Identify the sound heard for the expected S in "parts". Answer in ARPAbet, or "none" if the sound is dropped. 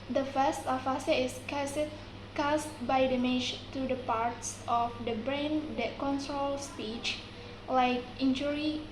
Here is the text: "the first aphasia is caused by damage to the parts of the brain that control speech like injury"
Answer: S